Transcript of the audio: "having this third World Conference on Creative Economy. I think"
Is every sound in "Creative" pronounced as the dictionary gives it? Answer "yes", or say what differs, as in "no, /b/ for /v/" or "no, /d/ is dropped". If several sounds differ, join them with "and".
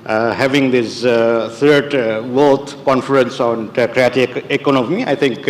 no, /v/ is dropped